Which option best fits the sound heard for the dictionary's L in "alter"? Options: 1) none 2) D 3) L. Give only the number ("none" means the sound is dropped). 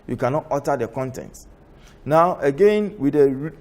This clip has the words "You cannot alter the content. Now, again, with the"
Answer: 1